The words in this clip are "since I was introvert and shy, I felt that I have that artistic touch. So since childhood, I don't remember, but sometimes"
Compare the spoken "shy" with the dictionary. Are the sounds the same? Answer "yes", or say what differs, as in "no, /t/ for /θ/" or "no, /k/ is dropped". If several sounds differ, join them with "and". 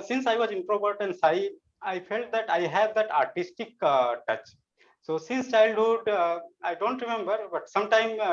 no, /s/ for /ʃ/